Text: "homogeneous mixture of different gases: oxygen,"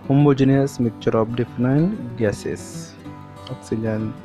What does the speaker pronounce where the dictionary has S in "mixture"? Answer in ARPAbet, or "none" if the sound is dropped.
none